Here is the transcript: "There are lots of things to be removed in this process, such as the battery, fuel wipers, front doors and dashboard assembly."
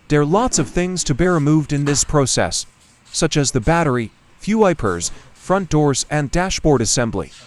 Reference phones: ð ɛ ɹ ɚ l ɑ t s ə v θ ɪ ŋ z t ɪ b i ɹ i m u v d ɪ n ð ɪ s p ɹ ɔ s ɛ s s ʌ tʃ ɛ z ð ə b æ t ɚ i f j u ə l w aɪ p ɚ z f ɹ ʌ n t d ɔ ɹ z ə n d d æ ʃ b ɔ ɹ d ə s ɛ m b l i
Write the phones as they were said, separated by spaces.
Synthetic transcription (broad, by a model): ð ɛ ɹ l ɑ t s ə v θ ɪ ŋ z t ɪ b i ɹ i m u v d ɪ n ð ɪ s p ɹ ɔ s ɛ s s ʌ tʃ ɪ z ð ə b æ t ɚ i f j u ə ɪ p ɚ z f ɹ ʌ n d ɔ ɹ z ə n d d æ ʃ b ɔ ɹ d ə s ɛ m b l i